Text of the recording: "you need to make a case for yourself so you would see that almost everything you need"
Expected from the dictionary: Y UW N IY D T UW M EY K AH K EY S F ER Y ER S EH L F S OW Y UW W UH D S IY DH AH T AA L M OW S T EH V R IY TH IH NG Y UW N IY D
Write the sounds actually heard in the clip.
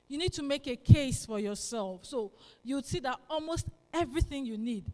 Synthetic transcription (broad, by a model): Y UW N IY D T UW M EY K AH K EY S F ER Y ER S EH L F S OW Y UW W S IY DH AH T AA L M OW S T EH V R IY TH IH NG Y UW N IY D